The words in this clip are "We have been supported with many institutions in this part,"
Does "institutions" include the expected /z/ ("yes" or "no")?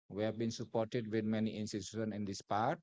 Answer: no